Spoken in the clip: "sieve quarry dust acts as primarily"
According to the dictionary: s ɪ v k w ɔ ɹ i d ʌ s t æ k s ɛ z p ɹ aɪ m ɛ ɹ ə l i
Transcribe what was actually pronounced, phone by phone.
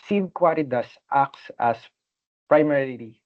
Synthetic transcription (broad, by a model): s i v k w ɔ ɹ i d ʌ s t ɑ k s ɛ s p ɹ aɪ m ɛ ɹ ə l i